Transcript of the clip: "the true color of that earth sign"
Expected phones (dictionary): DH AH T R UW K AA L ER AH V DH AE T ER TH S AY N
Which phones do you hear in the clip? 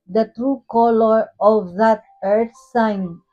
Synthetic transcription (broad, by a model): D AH T R UW K AA L ER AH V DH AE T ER T S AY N